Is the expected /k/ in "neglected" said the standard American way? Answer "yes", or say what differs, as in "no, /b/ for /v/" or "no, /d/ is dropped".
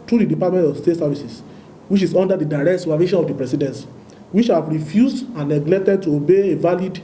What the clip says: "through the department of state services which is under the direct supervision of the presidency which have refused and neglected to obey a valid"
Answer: yes